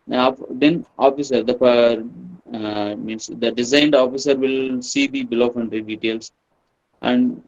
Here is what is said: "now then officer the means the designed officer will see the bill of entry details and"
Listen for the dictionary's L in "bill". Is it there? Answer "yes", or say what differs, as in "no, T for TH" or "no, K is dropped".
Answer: yes